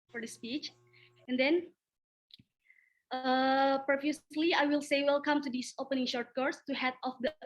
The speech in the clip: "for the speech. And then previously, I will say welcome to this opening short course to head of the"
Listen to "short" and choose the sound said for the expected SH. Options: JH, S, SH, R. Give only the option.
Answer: SH